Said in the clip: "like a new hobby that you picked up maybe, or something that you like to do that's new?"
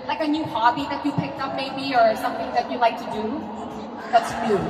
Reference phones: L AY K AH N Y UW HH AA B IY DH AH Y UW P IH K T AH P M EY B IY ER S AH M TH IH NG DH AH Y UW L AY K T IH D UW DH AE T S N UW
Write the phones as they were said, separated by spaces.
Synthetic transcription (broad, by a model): L AY K AH N Y UW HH AA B IY DH AH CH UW P IH K T AH P M EY B IY ER S AH M TH IH NG DH AH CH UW L AY K T IH D UW DH AE T S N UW